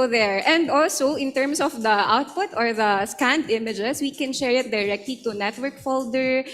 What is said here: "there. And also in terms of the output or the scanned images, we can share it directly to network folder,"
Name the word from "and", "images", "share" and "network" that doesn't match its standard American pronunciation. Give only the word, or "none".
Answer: images